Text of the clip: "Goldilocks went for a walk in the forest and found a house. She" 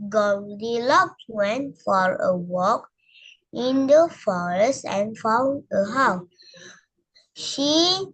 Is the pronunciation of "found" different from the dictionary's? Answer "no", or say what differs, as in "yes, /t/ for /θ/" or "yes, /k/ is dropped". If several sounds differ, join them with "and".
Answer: yes, /d/ is dropped